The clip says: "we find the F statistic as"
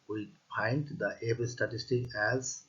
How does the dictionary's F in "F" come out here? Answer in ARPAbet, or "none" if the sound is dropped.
P